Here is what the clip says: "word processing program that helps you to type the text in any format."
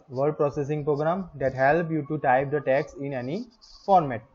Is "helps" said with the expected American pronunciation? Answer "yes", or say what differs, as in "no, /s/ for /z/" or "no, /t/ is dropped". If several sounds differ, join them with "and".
no, /s/ is dropped